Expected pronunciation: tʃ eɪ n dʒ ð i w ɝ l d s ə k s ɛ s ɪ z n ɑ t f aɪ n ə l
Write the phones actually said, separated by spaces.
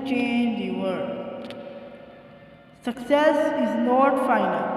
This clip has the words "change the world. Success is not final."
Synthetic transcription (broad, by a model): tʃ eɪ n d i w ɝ d s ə k s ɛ s ɪ z n ɑ t f aɪ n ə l